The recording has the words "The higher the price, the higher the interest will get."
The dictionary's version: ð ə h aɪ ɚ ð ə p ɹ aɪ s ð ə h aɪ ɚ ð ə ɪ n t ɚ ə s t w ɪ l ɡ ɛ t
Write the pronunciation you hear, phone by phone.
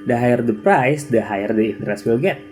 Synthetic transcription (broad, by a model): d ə h aɪ ɚ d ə p ɹ aɪ s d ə h aɪ ɚ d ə ɪ n t ɚ ə s t w ɪ l ɡ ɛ t